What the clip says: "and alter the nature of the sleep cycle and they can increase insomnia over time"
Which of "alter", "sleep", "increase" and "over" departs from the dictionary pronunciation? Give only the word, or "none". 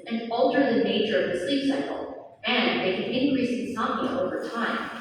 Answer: none